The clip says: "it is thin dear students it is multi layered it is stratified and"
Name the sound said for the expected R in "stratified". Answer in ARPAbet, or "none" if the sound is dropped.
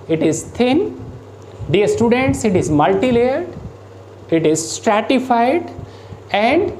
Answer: R